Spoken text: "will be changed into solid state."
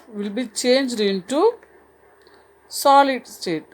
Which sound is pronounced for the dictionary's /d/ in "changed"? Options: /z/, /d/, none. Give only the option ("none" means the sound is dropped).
/d/